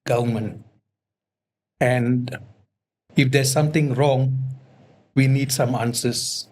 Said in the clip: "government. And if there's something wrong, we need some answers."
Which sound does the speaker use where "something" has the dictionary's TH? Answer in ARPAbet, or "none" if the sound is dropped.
T